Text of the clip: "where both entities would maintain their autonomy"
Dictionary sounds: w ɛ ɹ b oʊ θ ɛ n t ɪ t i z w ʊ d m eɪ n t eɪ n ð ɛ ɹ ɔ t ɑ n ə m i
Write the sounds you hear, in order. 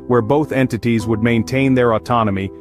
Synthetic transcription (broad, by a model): w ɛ ɹ b oʊ θ ɛ n t ɪ t i z w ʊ d m eɪ n t eɪ n ð ɛ ɹ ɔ t ɑ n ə m i